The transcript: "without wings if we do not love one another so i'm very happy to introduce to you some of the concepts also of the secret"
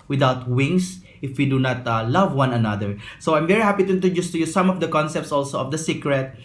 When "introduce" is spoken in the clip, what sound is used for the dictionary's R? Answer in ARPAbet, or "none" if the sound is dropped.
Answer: none